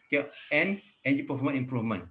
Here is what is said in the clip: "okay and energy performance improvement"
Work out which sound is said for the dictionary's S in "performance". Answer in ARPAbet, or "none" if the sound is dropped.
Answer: none